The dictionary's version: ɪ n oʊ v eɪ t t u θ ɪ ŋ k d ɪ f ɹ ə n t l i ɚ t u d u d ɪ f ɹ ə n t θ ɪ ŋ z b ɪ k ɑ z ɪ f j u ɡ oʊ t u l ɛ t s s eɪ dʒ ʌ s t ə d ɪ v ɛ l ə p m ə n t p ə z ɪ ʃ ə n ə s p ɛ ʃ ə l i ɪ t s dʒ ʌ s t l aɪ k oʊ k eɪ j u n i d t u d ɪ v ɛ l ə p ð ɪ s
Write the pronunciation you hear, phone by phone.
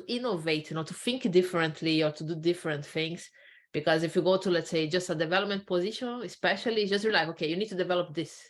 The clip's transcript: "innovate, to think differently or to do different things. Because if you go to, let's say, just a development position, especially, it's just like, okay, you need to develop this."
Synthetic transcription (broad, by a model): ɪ n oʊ v eɪ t t u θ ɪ ŋ k d ɪ f ɹ ə n t l i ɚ t u d u d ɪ f ɹ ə n t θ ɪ ŋ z b ɪ k ɑ z ɪ f j u ɡ oʊ t u l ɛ t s s eɪ dʒ ʌ s t ə d ɪ v ɛ l ə p m ə n t p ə z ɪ ʃ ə n ə s p ɛ ʃ ə l i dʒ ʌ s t l aɪ k oʊ k eɪ j u n i d t u d ɪ v ɛ l ə p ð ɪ s